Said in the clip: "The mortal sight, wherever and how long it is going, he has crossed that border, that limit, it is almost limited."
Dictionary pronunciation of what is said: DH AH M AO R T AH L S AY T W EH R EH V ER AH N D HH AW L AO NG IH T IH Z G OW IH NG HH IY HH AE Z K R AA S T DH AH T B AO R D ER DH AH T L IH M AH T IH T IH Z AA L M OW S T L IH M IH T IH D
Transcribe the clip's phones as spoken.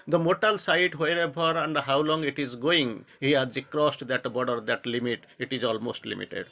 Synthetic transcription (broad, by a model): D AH M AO T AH L S AY T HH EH R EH B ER AH N D HH AW L AO NG IH T IH Z G OW IH NG HH IY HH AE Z K R AA S T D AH T B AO D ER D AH T L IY M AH T IH T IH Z AA L M OW S T L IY M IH T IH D